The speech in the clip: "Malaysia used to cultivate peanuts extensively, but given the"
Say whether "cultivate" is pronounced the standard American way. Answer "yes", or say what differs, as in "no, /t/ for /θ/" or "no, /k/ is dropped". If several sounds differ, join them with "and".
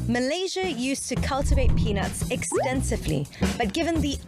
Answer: yes